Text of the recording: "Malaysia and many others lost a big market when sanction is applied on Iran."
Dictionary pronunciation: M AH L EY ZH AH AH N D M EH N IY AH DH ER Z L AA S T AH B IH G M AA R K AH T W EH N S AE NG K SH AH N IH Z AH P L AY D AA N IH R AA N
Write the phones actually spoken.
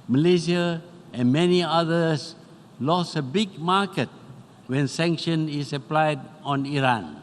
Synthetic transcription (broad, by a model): M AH L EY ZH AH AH N M EH N IY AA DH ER S L AA S AH B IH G M AA K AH T W EH N S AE NG K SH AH N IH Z AH P L AY D AA N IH R AA N